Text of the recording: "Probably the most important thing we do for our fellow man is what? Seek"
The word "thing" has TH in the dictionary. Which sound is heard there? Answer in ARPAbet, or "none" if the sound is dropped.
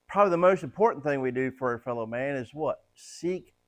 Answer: TH